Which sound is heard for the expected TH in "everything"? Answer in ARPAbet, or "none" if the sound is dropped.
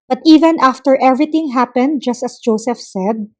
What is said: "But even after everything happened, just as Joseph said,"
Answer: T